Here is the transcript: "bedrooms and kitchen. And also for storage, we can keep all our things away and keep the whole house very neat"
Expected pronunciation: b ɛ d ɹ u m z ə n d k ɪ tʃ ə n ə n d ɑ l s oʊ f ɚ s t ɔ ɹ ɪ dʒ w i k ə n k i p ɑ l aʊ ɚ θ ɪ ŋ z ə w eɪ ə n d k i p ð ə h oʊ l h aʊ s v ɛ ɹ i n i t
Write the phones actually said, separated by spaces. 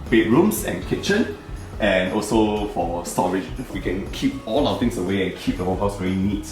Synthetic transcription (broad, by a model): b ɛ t ɹ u m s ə n k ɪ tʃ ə n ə n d ɑ l s oʊ f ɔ s t ɔ ɹ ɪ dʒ w i k ə n k i p ɑ l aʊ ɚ t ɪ ŋ s ə w eɪ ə n k i p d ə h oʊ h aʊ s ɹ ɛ l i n i t